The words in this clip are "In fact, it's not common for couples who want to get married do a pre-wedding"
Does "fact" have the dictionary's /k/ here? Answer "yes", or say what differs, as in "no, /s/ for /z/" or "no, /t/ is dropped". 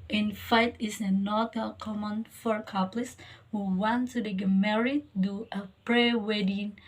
no, /k/ is dropped